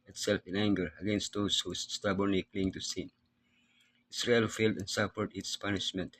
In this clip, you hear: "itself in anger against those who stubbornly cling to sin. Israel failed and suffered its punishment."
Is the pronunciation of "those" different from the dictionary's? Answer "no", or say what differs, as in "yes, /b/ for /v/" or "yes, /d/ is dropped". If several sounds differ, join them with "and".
yes, /s/ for /z/